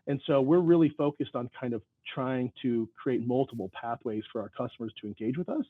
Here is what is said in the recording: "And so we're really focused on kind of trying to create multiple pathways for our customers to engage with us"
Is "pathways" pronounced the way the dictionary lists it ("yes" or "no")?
yes